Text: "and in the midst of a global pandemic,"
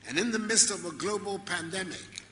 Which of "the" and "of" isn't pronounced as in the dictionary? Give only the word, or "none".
none